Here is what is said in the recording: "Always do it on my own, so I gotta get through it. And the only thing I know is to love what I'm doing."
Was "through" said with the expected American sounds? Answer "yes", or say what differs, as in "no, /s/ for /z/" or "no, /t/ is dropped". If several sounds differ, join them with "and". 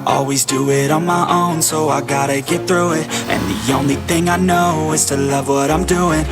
yes